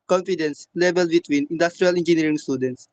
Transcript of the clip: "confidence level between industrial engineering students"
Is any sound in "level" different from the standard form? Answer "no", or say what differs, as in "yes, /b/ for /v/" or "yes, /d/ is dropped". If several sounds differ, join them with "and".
yes, /b/ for /v/